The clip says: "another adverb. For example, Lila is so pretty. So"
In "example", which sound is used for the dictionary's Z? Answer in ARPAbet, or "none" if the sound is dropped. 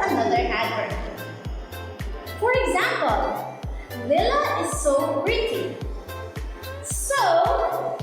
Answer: Z